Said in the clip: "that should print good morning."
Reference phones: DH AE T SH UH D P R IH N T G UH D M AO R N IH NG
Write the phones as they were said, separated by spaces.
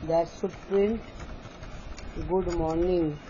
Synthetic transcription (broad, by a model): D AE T S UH P R IH N T G UH D M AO R N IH NG